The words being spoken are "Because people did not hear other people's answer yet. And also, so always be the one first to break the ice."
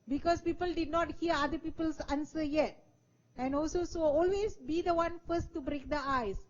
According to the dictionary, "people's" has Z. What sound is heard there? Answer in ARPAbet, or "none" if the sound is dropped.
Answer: S